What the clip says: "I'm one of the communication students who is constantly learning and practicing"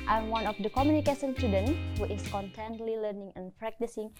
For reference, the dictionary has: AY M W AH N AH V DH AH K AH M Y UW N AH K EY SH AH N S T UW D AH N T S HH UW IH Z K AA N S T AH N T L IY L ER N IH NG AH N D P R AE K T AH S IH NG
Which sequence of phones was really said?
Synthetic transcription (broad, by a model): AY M W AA N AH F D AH K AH M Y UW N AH K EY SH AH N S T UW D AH N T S HH UW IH S K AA N T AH N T L IY L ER N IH NG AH N P R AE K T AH S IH NG